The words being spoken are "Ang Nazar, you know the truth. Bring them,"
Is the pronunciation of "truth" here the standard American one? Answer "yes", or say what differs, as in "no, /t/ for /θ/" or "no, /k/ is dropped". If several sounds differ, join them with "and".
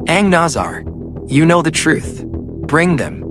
yes